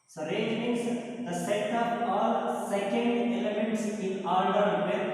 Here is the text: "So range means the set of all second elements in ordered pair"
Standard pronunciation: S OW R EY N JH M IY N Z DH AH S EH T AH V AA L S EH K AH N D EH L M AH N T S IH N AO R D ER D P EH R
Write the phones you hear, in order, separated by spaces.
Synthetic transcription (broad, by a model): S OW R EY JH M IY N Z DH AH S EH T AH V AA L S EH K AH N D EH L M AH N T S IH N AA L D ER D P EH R